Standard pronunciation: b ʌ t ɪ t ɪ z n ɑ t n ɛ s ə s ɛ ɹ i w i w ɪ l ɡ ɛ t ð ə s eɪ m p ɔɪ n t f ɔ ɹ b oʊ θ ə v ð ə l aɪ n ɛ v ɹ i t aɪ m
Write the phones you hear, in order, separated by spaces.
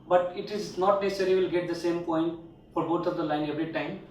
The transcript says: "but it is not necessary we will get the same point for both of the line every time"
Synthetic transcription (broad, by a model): b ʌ t ɪ t ɪ z n ɑ t n ɛ s ə s ɛ ɹ i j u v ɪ l ɡ ɛ t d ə s eɪ m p ɔɪ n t f ɔ ɹ b oʊ t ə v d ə l aɪ n ɛ v ɹ i t aɪ m